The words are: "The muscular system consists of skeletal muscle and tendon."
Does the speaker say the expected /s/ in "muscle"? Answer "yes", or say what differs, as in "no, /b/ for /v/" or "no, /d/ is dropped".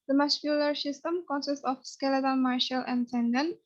no, /ʃ/ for /s/